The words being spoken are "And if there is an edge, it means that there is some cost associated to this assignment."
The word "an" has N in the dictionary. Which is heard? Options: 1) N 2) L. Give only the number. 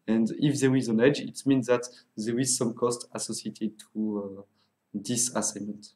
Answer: 1